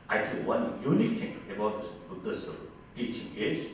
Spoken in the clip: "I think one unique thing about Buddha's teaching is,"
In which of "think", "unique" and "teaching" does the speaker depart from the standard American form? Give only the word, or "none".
think